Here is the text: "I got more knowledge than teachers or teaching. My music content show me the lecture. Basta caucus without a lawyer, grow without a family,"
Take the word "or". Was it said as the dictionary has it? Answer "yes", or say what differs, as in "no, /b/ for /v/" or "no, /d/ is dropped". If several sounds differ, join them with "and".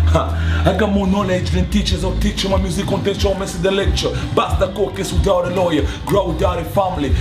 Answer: no, /w/ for /ɹ/